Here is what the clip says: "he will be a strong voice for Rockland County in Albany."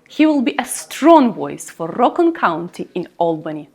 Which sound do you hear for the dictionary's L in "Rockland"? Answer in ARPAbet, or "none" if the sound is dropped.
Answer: none